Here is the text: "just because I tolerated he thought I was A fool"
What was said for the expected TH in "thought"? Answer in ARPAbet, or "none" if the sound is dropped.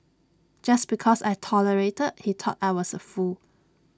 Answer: T